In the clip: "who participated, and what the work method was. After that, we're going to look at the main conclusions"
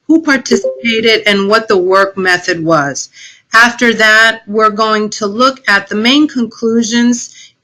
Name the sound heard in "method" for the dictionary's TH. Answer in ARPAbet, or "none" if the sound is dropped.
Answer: TH